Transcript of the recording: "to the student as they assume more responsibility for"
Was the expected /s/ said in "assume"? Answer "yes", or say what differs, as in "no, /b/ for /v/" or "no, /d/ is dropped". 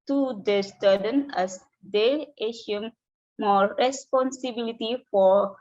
no, /ʃ/ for /s/